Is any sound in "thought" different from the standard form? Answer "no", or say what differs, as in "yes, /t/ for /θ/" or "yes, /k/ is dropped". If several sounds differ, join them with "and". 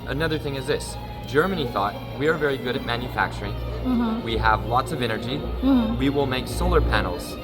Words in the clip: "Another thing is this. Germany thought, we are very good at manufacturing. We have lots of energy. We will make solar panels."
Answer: no